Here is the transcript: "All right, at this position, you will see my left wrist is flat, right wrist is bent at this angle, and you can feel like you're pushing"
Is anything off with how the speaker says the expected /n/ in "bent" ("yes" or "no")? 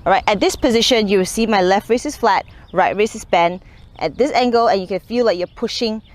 no